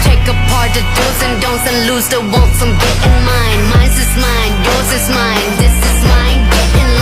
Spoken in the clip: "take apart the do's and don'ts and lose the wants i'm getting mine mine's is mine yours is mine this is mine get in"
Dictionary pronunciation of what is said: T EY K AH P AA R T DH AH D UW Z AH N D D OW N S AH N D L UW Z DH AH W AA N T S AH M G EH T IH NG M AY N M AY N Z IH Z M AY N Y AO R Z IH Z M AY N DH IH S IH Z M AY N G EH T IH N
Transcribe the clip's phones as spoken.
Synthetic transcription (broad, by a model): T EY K AH P AA R T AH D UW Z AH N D D OW N S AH N L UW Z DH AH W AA L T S AH M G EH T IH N M AY N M AY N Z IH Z M AY N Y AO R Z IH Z M AY N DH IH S IH Z M AY N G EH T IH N